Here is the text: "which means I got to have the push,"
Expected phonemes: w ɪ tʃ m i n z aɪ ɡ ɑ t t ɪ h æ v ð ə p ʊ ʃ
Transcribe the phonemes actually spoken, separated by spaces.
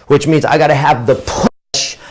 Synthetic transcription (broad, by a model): w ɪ tʃ m i n z aɪ ɡ ɑ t t ɪ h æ v ð ə p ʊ ʃ